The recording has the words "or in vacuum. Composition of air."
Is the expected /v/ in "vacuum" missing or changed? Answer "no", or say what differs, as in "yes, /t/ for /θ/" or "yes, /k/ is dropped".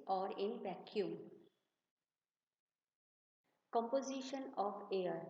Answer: yes, /p/ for /v/